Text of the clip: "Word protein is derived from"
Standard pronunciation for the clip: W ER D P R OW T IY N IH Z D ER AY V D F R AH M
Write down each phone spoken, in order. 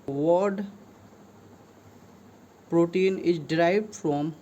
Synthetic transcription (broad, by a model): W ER D P R OW T IY N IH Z D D AY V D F R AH M